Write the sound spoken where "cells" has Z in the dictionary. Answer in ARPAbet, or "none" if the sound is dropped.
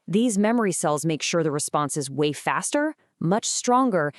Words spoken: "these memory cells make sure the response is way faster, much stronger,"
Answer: Z